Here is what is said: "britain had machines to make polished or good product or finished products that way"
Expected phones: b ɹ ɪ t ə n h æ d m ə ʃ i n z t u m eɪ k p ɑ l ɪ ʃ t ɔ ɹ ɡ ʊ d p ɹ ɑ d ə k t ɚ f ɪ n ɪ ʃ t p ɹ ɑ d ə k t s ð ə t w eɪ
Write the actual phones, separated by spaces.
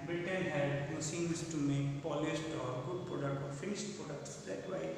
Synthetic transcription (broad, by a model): b ɹ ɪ t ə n h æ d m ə s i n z t u m eɪ k p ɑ l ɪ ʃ t ɔ ɹ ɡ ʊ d p ɹ ɑ d ə k t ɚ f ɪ n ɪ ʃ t p ɹ ɑ d ə k t s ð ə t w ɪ